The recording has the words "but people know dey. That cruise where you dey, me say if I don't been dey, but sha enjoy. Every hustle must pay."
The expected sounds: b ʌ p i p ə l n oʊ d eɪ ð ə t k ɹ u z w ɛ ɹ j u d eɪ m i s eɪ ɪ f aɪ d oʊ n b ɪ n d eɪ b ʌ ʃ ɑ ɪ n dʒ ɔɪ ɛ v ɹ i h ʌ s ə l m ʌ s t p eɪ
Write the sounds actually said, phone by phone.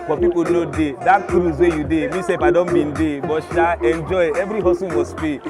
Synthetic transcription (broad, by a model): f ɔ p i p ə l n oʊ d eɪ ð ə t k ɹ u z w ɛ j u d eɪ m i s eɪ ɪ p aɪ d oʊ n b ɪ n d eɪ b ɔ ʃ ɑ ɪ n dʒ ɔɪ ɛ v ɹ i h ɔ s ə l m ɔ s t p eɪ